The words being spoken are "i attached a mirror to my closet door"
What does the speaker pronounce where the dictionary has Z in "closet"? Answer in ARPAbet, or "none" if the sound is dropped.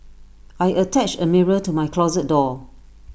Z